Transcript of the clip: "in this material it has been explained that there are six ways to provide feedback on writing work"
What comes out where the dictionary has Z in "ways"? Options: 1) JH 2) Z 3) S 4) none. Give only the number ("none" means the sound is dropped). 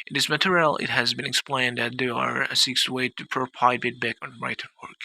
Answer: 4